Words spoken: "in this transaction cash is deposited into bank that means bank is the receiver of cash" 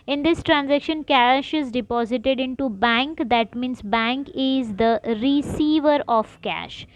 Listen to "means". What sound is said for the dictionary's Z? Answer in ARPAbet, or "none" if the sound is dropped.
S